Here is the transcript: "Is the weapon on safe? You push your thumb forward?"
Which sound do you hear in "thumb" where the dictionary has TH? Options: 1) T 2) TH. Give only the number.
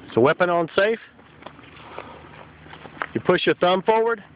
2